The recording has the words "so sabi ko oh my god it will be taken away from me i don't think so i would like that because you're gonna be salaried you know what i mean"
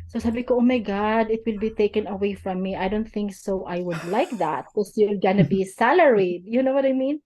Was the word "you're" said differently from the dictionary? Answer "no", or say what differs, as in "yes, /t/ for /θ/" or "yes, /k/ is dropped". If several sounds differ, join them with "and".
yes, /l/ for /ɹ/